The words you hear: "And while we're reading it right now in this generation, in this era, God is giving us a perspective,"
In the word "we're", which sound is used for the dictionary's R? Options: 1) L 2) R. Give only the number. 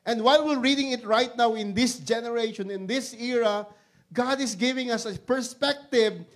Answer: 1